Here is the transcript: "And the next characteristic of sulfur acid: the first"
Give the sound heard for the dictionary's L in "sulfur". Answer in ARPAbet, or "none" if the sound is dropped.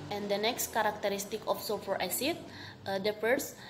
none